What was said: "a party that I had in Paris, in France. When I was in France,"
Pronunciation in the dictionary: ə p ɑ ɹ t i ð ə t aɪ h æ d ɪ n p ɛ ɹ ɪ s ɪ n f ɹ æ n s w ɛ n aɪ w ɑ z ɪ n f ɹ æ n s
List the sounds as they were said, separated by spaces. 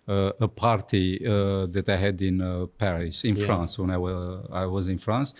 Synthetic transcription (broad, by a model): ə p ɑ ɹ t i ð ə t aɪ h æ d ɪ n p ɛ ɹ ɪ s ɪ n f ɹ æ n s w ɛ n aɪ w ɑ z ɪ n f ɹ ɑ n s